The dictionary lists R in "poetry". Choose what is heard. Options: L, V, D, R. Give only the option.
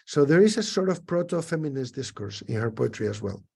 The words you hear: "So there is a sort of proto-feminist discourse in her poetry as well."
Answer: R